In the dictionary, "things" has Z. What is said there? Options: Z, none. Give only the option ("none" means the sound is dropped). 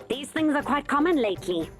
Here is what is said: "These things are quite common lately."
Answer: Z